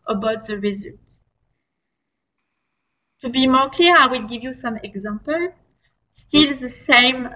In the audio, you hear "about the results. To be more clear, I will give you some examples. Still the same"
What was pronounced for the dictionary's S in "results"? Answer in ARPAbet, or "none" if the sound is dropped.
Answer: none